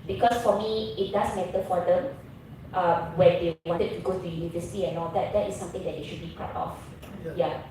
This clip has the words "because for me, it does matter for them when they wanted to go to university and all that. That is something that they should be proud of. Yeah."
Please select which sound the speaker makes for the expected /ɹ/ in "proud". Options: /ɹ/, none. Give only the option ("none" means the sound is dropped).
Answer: none